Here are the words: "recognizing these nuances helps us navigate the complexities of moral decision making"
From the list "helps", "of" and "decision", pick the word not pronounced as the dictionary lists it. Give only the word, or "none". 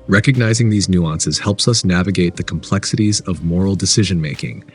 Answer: none